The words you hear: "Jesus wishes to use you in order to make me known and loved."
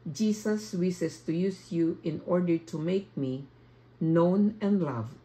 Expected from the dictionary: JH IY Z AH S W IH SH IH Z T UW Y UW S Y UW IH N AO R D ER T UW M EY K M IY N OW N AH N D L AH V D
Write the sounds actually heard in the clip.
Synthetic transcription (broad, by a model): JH IY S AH S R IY S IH S T UW Y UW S Y UW IH N AO R D ER T UW M EY K M IY N OW N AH N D L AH V